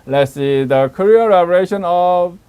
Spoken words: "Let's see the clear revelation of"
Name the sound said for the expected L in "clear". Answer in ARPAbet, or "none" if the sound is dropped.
none